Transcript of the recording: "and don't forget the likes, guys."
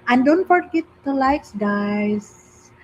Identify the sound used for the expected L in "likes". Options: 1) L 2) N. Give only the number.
1